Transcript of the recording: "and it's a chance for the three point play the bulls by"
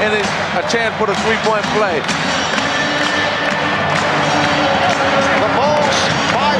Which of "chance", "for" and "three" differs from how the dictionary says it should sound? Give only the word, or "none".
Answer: for